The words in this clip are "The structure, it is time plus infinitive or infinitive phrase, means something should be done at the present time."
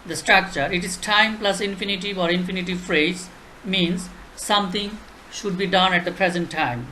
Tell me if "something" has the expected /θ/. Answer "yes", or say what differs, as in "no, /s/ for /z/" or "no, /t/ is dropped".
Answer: no, /t/ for /θ/